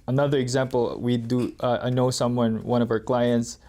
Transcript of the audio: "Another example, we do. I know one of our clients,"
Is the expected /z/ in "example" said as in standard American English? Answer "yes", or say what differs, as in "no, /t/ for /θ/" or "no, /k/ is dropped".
yes